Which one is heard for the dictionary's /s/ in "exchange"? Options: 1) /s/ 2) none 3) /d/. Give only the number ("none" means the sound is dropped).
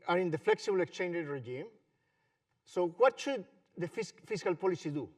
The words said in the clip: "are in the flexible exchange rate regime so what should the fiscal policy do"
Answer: 1